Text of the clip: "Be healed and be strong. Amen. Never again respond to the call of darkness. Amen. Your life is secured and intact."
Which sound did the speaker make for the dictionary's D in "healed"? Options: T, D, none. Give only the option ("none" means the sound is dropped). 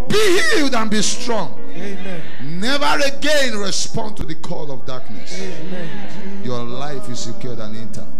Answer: D